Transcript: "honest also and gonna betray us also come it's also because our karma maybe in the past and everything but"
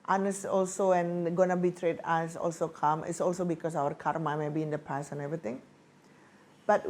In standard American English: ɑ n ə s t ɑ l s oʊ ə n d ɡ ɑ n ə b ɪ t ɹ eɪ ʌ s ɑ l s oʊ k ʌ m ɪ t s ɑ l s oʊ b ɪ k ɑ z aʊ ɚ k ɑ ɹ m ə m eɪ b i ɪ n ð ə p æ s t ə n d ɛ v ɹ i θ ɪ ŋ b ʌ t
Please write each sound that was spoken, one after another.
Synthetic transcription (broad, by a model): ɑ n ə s ɑ l s oʊ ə n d ɡ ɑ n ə b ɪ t ɹ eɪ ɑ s ɑ l s oʊ k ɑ m ɪ t s ɑ l s oʊ b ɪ k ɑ s aʊ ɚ k ɑ ɹ m ə m eɪ b i ɪ n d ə p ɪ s ə n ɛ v ɹ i t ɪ ŋ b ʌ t